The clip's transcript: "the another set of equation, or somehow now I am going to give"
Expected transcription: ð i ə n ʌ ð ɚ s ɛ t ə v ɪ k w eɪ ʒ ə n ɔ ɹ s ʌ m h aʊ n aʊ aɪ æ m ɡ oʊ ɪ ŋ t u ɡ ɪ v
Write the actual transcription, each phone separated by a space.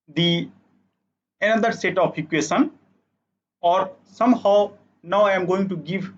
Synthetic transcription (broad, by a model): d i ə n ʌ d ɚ s ɛ t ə p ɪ k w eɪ ʃ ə n ɔ ɹ s ʌ m h aʊ n aʊ aɪ m ɡ oʊ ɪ ŋ t u ɡ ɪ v